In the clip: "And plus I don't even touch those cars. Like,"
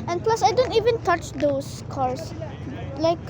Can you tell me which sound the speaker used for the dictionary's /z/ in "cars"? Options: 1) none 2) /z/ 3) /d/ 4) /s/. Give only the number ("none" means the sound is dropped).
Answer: 4